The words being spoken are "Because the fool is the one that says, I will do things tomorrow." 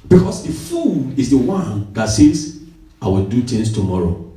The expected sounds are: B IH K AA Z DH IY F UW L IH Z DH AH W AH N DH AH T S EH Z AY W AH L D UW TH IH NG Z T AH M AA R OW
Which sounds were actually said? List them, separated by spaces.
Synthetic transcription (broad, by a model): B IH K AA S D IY F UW N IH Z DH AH W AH N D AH T S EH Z AY W AH L D UW T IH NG S T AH M AA R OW